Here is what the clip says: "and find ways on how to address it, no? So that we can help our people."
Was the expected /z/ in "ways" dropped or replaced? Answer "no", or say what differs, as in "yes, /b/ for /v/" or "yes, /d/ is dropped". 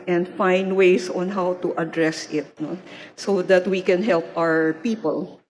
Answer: yes, /s/ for /z/